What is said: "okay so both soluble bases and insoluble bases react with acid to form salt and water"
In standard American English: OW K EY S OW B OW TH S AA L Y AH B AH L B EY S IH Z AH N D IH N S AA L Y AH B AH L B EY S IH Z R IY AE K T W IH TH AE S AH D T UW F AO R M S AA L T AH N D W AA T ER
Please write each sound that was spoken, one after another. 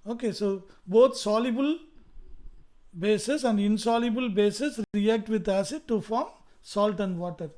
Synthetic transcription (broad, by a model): OW K EY S OW B OW T S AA L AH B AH L B EY S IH S AH N D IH N S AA L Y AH B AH L B EY S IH S R IY AE K T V IH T AE S AH D T UW F AO R M S AA L T AH N D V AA T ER